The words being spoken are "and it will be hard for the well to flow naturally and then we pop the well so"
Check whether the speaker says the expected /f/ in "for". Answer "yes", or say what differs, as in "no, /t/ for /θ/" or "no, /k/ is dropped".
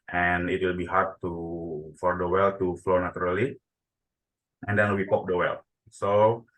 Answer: yes